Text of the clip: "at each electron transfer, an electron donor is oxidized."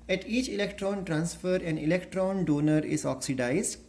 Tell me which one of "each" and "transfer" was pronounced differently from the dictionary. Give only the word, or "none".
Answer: none